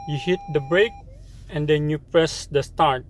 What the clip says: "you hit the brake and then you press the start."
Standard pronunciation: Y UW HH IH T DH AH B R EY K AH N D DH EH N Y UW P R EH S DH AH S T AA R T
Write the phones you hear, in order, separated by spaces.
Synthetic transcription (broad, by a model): Y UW HH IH T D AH B R EY K AH N D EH N Y UW P R EH S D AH S T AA R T